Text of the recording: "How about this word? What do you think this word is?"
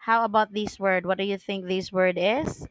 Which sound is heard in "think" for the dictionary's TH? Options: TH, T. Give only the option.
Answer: TH